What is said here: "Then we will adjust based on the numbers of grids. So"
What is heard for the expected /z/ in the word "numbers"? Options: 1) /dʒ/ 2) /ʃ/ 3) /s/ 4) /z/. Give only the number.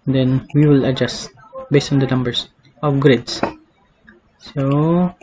3